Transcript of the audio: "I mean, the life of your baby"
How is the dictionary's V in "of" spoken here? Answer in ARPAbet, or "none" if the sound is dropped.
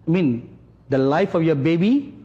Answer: F